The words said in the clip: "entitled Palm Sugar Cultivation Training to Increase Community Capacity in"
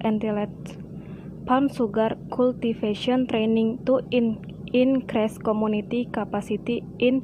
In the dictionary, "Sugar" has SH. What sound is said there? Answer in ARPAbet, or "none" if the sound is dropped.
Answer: S